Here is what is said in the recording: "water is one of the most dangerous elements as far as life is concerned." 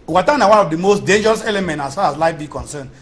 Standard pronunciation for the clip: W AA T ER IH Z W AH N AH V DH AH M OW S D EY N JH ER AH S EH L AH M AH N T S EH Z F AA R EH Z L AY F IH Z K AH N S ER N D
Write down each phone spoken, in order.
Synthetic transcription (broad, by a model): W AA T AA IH W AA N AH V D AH M OW S D EY N JH ER AH S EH L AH M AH N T AA S F AA R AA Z L AY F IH K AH N S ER N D